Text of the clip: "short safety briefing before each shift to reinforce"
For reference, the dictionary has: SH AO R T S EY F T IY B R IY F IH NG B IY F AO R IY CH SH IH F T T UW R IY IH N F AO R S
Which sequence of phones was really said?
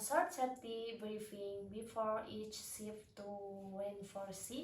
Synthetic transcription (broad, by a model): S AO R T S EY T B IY B R IY F IH NG B IY F AO R IY CH S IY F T T UW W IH N F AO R S